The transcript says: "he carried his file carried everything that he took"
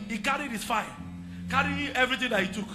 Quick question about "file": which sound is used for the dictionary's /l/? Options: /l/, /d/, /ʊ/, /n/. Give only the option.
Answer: /n/